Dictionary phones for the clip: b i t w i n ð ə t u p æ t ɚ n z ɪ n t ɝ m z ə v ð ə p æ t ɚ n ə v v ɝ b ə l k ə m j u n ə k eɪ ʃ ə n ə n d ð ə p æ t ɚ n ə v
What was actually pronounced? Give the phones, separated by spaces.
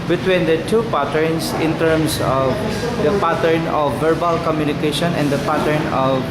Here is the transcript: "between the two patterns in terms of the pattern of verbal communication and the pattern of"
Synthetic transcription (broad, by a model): b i t w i n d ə t u p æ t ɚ n s ɪ n t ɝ m s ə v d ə p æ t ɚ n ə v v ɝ b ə l k ə m j u n ə k eɪ ʃ ə n ə n d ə p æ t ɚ n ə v